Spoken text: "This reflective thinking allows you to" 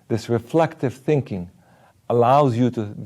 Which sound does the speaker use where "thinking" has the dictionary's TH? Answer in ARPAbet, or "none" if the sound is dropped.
TH